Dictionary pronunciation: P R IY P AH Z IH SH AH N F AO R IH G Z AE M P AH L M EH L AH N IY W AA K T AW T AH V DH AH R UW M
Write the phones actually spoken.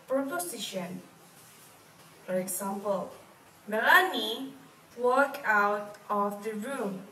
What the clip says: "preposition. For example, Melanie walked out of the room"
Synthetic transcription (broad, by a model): P R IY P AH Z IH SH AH N F AO R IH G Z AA M P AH L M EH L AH N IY W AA K AW T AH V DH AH R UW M